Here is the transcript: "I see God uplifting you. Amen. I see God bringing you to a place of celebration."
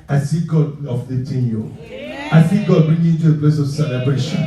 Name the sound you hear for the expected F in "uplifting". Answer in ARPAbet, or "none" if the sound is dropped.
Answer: none